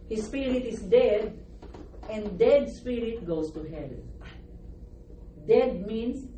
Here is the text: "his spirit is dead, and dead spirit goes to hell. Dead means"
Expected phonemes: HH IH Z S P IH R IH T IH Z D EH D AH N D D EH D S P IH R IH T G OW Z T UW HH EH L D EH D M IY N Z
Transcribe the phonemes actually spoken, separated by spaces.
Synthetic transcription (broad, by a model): HH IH S P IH R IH T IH S D EH D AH N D D EH D S P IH R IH T G OW S T UW HH EH L D EH D M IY N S